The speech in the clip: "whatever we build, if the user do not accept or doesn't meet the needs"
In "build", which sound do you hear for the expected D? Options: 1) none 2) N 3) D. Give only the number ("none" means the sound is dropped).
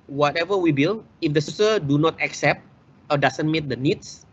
1